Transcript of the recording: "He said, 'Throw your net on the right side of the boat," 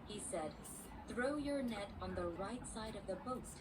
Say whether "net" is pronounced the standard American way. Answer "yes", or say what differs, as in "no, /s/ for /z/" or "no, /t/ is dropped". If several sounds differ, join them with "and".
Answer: yes